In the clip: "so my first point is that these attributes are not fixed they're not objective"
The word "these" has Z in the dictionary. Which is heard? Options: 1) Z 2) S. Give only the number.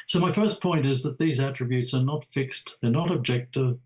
1